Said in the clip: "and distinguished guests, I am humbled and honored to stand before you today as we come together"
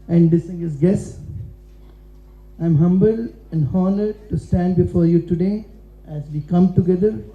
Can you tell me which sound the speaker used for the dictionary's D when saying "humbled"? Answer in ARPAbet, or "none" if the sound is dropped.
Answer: none